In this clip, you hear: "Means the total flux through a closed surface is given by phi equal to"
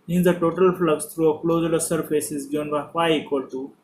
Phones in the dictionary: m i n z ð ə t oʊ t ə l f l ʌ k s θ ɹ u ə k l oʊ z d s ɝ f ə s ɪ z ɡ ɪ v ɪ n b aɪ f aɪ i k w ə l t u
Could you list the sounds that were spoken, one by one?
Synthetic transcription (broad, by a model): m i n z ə t oʊ t ə l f l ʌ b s t ɹ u ə k l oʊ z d s ɝ f ə s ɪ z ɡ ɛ ɪ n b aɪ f aɪ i k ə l t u